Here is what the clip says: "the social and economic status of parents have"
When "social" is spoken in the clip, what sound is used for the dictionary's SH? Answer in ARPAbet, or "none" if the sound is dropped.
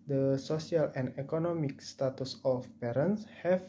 S